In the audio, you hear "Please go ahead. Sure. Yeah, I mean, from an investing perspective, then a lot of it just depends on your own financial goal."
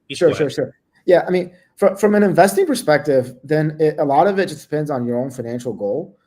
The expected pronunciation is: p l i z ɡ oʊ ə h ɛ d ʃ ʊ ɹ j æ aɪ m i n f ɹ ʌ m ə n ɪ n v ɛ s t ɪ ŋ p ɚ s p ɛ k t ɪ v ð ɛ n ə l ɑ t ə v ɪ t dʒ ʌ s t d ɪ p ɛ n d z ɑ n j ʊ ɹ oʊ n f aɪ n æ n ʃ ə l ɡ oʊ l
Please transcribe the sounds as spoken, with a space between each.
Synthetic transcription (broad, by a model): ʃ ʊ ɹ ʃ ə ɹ ʃ ʊ ɹ j æ aɪ m i n f ɹ ʌ m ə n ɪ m v ɛ s t ɪ ŋ p ɚ s p ɛ k t ɪ v ð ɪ n ə l ɑ t ə v ɪ t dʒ ʌ s d ɪ p ɛ n d z n j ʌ ɹ oʊ n f aɪ n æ n ʃ l ɡ oʊ l